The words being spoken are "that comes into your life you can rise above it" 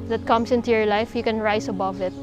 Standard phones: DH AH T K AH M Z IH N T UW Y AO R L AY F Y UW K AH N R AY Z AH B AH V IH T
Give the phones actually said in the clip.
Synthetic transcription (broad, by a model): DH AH T K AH M S IH N T UW Y AO R L AY F Y UW K AH N R AY S AH B AH V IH T